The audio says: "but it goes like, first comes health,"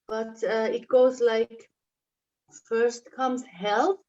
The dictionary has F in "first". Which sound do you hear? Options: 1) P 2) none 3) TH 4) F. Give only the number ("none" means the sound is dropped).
4